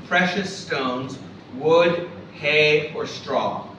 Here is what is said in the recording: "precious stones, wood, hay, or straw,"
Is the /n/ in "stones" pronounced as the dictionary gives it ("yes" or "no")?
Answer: yes